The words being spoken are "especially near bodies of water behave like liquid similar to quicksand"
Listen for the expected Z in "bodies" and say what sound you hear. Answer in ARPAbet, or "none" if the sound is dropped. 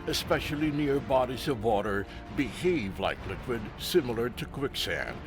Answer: Z